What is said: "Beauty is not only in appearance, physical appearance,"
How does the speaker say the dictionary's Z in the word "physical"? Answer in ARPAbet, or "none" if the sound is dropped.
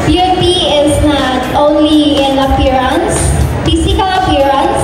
S